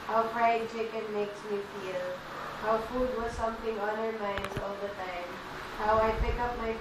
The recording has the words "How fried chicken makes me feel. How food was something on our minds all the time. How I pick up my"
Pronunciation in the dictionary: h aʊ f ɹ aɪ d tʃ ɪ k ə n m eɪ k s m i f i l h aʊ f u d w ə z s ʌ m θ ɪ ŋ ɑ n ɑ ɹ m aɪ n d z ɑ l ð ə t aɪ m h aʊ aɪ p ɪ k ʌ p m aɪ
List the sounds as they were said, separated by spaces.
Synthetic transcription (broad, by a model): h aʊ p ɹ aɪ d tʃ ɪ k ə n m eɪ k s m i f i l h aʊ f u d w ə z s ʌ m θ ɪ ŋ ɑ n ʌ ɹ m aɪ n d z ɑ l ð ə t aɪ m h aʊ aɪ p ɪ k ʌ p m aɪ